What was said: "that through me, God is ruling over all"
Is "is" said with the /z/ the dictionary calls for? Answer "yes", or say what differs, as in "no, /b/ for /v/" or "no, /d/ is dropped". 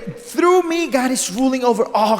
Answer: no, /s/ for /z/